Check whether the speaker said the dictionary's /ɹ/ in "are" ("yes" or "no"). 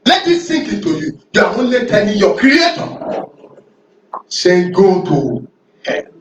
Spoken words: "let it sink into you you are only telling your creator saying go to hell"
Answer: no